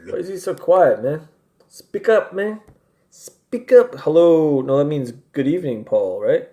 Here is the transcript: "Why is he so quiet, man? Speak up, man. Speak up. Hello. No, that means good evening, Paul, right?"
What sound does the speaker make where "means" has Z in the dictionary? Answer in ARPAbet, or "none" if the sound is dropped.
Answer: Z